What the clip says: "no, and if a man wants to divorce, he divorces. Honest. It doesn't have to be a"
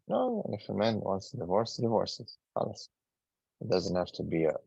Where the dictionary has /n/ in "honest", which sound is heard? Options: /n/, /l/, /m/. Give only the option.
/l/